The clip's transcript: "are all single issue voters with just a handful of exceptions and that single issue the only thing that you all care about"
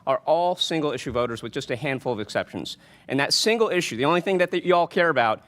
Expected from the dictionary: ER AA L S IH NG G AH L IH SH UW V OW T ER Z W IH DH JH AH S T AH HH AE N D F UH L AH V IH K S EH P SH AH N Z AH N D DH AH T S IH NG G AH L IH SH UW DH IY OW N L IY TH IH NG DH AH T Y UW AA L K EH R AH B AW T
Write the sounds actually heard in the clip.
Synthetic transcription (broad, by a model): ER AA L S IH NG G L IH SH UW V OW T ER Z W IH DH JH AH S T AH HH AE N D F L AH V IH K S EH P SH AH N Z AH N DH AH T S IH NG G L IH SH UW DH IY OW N L IY TH IH NG DH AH T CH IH AA L K EH R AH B AW T